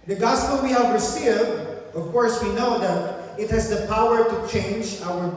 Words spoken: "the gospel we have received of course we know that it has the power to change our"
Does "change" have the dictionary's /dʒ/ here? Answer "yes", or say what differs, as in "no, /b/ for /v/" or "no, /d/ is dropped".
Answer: yes